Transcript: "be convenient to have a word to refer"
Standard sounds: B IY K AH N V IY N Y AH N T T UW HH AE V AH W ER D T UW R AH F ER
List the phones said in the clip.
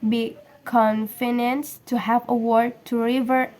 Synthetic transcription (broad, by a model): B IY K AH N F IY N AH N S T UW HH AE V AH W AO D T UW R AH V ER